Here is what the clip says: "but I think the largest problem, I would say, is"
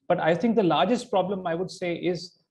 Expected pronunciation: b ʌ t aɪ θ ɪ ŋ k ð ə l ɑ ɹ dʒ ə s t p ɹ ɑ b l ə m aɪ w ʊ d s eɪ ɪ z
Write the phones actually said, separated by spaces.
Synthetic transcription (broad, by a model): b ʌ t aɪ t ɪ ŋ k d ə l ɑ ɹ dʒ ə s t p ɹ ɑ b l ə m aɪ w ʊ d s eɪ ɪ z